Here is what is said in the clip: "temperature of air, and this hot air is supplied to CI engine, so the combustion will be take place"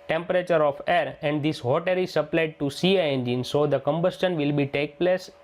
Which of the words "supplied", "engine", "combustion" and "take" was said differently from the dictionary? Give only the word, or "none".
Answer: none